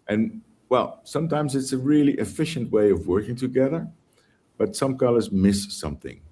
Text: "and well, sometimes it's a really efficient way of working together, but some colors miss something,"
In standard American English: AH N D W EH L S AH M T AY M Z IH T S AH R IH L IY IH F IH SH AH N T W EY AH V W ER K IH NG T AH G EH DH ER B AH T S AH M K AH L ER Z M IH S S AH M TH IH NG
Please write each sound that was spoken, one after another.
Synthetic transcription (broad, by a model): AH N W EH L S AH M T AY M Z IH T S AH R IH L IY IH F IH SH AH N T W EY AH V W ER K IH NG T AH G EH DH ER B AH T S AH M K AH L ER Z M IH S S AH M TH IH NG